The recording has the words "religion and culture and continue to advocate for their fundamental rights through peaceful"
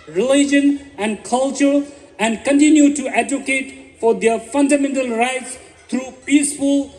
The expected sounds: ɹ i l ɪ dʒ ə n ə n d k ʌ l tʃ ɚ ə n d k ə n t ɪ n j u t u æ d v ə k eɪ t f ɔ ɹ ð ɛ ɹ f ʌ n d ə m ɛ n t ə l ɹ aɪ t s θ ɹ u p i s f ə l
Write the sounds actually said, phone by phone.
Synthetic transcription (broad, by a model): ɹ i l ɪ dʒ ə n ə n d k ʌ l tʃ ɚ ə n d k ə n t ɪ n j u t u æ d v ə k eɪ t f ɔ ɹ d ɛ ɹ f ʌ n d ə m ɛ n t ə l ɹ aɪ t s t ɹ u p i s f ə l